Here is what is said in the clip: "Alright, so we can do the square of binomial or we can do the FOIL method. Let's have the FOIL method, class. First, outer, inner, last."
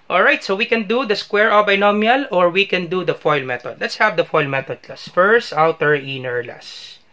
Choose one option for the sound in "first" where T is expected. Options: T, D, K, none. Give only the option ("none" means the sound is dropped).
T